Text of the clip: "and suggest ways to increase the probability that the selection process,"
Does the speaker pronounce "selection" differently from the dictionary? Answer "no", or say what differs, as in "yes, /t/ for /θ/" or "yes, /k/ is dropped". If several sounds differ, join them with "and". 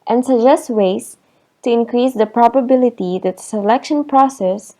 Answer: no